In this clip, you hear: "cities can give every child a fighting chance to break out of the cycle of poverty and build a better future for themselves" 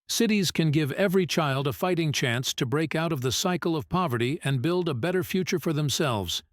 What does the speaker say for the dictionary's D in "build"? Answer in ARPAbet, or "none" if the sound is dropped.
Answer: D